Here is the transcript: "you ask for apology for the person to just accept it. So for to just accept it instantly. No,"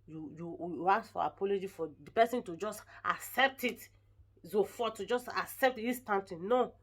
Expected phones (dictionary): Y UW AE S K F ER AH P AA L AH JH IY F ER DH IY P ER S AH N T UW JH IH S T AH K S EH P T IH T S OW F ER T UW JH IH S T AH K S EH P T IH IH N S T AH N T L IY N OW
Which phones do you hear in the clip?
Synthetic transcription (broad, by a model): Y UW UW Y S F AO AH P AA L AH JH IY F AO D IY P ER S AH N T UW JH IH S T AH K S EH P T IH T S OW F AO T UW JH IH S T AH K S EH P T IH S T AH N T IY N OW